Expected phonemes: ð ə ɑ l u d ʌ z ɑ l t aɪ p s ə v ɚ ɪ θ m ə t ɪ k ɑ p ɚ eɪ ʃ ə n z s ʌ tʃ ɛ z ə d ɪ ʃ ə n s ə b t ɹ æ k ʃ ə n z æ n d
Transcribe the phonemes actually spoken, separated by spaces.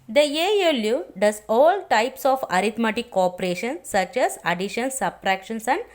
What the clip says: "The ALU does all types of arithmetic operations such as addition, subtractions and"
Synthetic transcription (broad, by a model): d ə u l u d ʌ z ɑ l t aɪ p s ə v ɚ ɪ t m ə t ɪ k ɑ p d eɪ ʃ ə n s ʌ tʃ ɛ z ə d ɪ ʃ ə n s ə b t ɹ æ k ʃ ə n s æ n d